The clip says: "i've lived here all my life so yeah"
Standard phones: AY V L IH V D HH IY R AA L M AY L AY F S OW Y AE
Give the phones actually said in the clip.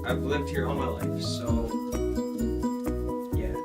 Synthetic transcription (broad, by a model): AY V L IH V D HH IY R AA N M AY L AY F S OW Y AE